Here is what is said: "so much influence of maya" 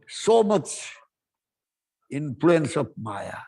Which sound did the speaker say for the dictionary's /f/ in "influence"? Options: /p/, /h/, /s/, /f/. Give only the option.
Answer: /p/